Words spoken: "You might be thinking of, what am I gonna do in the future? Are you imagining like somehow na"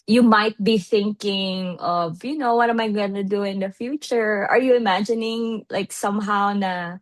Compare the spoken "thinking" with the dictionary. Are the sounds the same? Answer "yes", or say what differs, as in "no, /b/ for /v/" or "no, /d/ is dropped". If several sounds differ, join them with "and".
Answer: yes